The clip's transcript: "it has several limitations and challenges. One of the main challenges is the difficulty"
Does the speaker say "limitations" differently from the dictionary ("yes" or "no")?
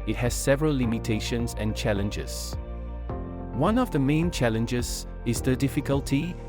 no